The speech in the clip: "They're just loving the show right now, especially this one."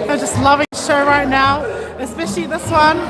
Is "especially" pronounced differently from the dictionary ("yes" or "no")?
no